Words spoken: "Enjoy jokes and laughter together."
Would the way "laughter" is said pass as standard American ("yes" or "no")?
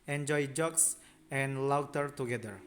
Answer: no